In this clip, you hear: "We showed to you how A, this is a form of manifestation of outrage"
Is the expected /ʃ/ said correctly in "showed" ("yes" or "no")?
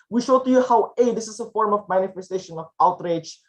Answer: yes